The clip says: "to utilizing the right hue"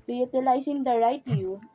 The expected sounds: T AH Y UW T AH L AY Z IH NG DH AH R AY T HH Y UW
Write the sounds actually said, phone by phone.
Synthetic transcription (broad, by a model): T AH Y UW T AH L AY S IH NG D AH R AY T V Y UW